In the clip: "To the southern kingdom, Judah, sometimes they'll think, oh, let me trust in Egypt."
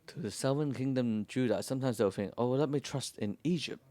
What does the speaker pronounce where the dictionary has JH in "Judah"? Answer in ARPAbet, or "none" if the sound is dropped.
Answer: JH